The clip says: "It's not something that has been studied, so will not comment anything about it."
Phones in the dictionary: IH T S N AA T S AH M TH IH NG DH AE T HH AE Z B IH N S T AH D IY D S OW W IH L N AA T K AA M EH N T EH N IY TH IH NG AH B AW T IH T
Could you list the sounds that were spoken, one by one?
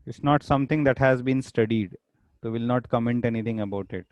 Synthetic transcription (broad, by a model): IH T S N AA T S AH M T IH NG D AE T HH AE Z B IH N S T AH D IY D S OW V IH L N AA T K AA M EH N T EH N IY T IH NG AH B AW T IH T